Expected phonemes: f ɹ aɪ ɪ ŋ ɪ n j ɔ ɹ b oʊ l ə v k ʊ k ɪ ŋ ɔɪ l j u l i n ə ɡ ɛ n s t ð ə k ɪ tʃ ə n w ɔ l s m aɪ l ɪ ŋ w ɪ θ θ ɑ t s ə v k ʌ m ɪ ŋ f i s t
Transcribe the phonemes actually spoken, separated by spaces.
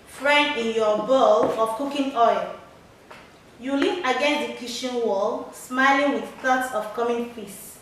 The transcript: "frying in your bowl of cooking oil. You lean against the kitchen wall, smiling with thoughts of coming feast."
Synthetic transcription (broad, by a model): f ɹ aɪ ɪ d ɪ n j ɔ b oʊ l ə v k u k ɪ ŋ ɔɪ l j u l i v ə ɡ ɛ n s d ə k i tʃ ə n w ɔ l s m aɪ l ɪ ŋ w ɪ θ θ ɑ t s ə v k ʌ m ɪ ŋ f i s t